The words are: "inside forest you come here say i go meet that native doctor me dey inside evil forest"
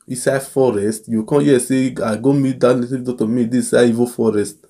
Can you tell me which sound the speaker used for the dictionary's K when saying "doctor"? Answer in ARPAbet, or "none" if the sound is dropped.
none